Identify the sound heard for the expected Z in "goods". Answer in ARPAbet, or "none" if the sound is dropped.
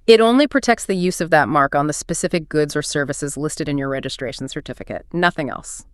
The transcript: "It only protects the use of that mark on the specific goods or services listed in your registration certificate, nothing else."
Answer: Z